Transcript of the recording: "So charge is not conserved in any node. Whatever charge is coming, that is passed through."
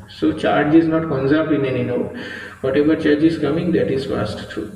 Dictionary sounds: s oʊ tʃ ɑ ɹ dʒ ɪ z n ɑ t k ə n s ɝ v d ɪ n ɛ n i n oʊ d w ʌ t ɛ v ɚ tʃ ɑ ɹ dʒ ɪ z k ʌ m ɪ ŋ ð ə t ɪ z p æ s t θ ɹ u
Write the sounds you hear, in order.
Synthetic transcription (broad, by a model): s oʊ tʃ ɑ ɹ dʒ ɪ z n ɑ t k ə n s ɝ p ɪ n ɛ n i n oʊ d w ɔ t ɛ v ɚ tʃ ɑ ɹ dʒ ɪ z k ʌ m ɪ ŋ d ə t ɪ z f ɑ s t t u